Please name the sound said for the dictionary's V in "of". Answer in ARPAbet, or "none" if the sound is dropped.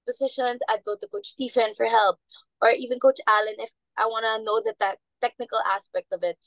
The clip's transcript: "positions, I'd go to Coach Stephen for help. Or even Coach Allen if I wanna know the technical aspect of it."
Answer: V